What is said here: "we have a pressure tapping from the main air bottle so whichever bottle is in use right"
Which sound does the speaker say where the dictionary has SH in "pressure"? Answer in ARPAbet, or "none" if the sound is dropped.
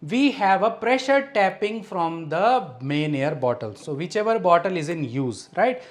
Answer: SH